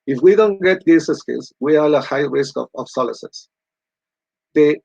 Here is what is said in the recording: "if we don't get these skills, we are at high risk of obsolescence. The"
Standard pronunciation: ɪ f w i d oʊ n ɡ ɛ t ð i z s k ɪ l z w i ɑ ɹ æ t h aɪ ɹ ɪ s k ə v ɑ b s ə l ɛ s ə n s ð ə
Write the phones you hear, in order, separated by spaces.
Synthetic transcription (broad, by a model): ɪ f w i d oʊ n ɡ ɛ t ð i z s k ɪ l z w i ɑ l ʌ h aɪ ɹ ɪ s k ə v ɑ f s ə l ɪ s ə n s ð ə